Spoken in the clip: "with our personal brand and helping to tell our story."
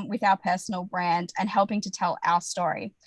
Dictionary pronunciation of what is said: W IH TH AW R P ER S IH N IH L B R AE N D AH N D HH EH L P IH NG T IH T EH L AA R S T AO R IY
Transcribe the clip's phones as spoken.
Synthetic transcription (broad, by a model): W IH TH AW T P ER S N L B R AE N D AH N HH EH L P IH NG T IH T EH L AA S T AO R IY